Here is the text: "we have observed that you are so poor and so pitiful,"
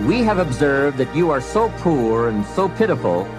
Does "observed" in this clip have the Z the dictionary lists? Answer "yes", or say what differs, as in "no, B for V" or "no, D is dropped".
yes